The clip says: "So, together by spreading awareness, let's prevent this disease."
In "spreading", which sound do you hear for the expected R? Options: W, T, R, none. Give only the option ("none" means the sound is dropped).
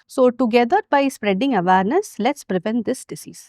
R